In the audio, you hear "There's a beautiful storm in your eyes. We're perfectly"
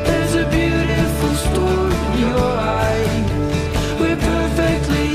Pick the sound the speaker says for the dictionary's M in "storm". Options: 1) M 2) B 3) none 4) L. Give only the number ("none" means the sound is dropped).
3